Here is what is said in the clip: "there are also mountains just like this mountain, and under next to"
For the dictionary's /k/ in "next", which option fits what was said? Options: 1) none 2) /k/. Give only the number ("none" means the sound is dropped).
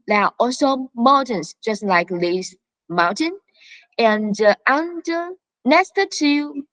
1